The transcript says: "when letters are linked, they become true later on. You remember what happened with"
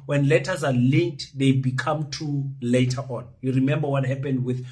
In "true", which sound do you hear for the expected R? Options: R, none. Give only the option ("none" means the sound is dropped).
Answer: none